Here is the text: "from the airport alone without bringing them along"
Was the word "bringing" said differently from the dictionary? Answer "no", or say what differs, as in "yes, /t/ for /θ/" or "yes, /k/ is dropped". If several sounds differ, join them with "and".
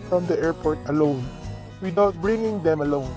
no